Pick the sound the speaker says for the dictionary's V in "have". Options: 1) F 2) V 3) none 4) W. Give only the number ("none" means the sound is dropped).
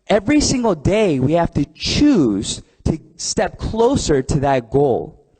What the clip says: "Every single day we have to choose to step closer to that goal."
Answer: 1